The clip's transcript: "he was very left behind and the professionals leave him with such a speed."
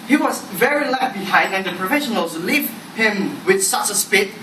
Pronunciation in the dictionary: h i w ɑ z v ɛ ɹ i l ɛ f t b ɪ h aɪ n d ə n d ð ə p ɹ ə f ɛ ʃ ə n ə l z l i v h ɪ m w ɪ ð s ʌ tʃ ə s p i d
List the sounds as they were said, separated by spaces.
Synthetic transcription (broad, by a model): h i w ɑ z v ɛ ɹ i l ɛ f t b ɪ h aɪ n d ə n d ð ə p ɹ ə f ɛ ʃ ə n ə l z l i v h ɪ m w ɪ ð s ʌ tʃ ə s p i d